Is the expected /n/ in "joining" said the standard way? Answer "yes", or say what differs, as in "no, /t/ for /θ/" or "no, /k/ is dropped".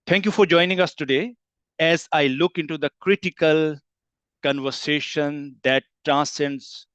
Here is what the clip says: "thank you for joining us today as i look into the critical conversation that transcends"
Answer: yes